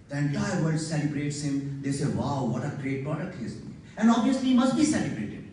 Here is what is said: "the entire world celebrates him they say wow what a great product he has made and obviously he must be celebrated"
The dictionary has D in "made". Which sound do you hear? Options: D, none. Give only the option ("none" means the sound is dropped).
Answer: none